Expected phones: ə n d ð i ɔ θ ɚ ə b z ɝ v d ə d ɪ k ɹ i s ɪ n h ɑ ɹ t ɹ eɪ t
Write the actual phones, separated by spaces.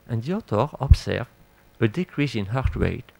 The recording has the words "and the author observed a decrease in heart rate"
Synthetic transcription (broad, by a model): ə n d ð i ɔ t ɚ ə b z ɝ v ə d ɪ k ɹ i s ɪ n h ɑ ɹ t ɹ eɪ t